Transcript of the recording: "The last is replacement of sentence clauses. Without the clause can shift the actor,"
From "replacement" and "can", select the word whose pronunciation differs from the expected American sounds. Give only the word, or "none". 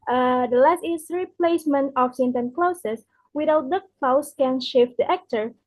none